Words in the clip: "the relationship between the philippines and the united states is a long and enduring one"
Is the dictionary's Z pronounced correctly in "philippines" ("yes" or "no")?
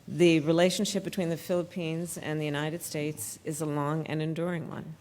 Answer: yes